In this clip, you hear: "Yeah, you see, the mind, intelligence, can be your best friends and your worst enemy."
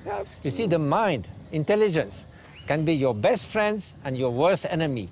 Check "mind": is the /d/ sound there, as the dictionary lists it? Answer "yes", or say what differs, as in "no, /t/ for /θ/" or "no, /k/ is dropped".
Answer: yes